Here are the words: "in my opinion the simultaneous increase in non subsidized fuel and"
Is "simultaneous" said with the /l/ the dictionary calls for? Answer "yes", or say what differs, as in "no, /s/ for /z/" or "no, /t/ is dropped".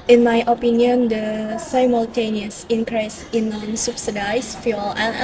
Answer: yes